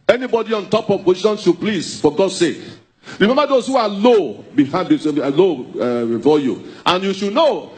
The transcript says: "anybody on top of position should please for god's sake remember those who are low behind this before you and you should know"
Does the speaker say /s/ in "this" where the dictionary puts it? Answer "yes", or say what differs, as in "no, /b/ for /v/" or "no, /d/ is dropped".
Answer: no, /s/ is dropped